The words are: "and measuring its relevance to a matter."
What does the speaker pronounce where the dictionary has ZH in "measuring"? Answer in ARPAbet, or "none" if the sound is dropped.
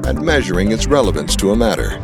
ZH